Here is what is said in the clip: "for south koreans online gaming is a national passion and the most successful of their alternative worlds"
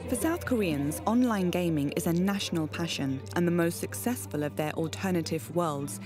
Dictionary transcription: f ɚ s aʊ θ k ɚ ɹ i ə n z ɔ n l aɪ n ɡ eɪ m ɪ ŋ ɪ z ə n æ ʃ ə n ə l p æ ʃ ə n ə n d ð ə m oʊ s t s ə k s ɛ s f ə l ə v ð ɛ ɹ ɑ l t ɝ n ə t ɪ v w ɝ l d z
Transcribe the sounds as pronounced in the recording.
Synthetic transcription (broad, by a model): f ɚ s aʊ θ k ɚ ɹ i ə n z ɔ n l aɪ n ɡ eɪ m ɪ ŋ ɪ z ə n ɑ ʃ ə n ə l p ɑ ʃ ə n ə n ð ə m oʊ s t s ə k s ɛ s f ə l ə v ð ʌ ɹ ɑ l t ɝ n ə t ɪ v w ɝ l d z